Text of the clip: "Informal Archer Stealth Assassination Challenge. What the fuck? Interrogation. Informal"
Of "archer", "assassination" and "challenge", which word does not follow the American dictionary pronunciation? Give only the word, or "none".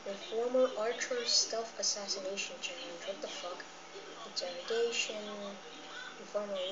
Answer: challenge